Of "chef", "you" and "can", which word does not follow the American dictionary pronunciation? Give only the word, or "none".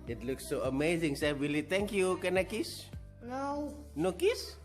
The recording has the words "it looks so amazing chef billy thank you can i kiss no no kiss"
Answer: chef